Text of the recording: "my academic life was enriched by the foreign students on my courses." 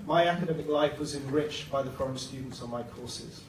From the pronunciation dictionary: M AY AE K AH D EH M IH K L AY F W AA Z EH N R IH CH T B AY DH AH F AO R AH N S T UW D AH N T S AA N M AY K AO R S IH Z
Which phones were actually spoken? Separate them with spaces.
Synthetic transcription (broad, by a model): M AY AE K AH D EH M IH K L AY F W AA Z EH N R IH CH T B AY DH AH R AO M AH S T UW D N T S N M AY K AO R S IH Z